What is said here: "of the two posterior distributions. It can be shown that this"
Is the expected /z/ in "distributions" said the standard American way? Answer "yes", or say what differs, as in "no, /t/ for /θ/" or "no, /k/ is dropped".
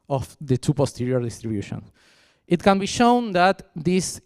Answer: no, /z/ is dropped